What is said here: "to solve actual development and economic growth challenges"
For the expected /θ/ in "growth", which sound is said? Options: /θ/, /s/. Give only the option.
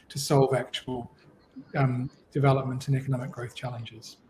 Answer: /θ/